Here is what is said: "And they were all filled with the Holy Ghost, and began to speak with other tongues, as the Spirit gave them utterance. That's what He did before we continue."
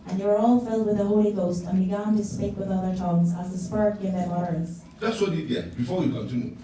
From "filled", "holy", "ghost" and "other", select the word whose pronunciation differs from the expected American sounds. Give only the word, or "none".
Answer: none